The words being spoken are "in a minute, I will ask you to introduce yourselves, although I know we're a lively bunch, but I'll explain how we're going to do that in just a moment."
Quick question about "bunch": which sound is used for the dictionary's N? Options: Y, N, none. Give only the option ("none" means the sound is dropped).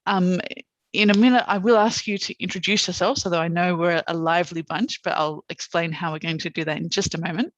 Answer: N